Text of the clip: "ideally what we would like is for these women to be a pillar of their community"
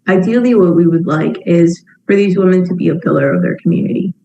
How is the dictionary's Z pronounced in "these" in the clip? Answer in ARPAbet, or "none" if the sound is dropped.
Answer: Z